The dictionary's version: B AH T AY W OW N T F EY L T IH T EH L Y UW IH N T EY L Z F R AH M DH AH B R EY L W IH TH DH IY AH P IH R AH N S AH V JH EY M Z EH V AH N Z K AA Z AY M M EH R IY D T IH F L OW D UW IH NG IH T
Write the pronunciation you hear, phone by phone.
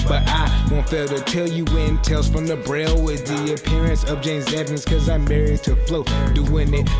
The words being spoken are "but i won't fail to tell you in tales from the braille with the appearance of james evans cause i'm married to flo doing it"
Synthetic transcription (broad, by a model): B AH T AY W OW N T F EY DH T IH T EH L Y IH IH N T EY L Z F R AH M DH AH B R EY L W IH DH IY AH P IH R AH N S AH V JH EY M Z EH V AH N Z K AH Z AY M M EH R IY D T IH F L OW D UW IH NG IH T